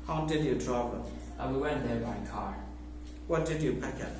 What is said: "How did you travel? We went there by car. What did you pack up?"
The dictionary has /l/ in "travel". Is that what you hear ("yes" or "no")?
no